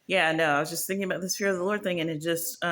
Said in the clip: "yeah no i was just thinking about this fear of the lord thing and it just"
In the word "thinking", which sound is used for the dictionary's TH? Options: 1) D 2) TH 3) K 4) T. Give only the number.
2